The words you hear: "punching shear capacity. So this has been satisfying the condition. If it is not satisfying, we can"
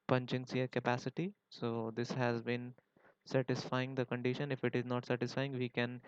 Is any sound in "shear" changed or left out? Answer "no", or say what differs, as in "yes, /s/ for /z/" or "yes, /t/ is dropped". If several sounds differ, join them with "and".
yes, /s/ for /ʃ/